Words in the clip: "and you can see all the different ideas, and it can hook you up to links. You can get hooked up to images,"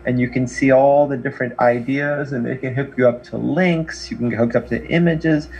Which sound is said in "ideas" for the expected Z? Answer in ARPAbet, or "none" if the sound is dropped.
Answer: Z